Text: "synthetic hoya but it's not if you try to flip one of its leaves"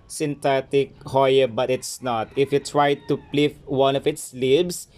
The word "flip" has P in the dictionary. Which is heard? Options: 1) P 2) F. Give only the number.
2